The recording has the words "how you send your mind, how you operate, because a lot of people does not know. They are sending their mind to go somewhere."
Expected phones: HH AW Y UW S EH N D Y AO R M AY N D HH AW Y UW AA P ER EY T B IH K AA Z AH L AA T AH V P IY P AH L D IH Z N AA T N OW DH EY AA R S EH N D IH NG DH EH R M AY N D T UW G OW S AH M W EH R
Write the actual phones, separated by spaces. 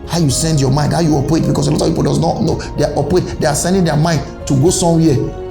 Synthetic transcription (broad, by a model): HH AW Y UW S EH N D Y AO M AY N D HH AW Y UW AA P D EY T B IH K AA S AH L AA T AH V P IY P AH L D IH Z N AA T N OW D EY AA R S EH N D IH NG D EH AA M AY N D T UW G OW S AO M W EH